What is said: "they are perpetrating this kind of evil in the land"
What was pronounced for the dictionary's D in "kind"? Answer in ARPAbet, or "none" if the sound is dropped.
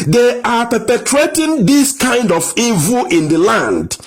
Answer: D